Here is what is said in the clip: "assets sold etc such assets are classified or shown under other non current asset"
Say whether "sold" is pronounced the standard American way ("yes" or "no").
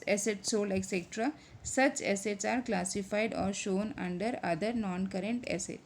no